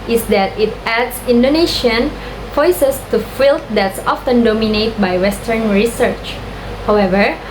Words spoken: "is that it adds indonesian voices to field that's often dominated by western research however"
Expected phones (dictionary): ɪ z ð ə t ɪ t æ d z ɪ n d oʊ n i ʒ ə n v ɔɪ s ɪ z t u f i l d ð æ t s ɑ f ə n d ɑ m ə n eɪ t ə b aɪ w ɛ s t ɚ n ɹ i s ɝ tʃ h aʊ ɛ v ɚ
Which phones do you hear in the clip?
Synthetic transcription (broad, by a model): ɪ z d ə t ɪ t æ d s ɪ n d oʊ n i ʃ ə n f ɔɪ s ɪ s t u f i l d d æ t s ɑ f ə n d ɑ m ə n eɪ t b aɪ w ɛ s t ɚ n ɹ i s ɝ tʃ h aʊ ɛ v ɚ